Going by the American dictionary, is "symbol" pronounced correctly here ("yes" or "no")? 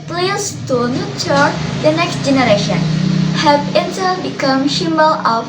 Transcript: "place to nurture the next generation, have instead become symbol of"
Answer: no